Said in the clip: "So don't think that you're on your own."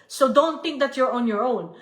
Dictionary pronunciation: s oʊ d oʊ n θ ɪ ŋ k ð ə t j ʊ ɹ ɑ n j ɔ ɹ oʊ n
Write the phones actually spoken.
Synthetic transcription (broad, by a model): s oʊ d oʊ n t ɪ ŋ k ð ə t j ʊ ɹ ɑ n j ɔ ɹ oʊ n